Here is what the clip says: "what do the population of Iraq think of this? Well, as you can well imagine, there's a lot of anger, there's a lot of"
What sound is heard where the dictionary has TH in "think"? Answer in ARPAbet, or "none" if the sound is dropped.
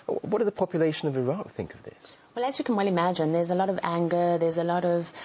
TH